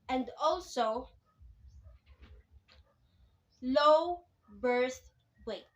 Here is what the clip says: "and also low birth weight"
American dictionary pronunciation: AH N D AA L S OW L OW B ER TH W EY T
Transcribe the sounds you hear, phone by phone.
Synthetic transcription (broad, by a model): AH N D AA L S OW L OW B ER S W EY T